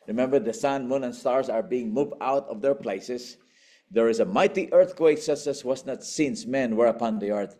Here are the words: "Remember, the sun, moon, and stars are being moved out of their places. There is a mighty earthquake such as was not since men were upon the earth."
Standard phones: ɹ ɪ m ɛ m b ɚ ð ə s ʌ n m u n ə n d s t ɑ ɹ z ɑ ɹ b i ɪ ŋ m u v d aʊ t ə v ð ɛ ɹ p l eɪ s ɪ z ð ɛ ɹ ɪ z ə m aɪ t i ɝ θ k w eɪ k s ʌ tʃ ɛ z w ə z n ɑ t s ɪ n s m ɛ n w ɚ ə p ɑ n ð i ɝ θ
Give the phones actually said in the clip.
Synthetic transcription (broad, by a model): ɹ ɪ m ɛ m b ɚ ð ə s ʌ n m u n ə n s t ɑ ɹ s ɑ ɹ b i ɪ ŋ m u v d aʊ t ə v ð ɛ ɹ p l eɪ s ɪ s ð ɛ ɹ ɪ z ə m aɪ t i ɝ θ k w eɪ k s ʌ s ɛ s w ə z n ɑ t s ɪ n s m ɛ n w ɚ ə p ɑ n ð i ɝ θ